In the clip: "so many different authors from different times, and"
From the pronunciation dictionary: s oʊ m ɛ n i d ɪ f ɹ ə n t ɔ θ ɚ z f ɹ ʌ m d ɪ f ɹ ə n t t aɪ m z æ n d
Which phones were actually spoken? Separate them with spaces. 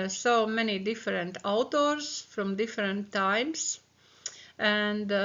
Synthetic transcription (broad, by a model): s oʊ m ɛ n i d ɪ f ɹ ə n t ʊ t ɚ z f ɹ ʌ m d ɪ f ɹ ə n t t aɪ m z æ n d